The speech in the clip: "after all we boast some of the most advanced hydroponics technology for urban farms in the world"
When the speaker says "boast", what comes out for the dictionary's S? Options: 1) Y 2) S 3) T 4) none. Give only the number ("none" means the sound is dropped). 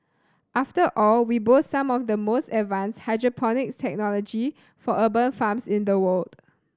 4